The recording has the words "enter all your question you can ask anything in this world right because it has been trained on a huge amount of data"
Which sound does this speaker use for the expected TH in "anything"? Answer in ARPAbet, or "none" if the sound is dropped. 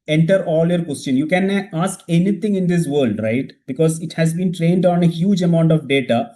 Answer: T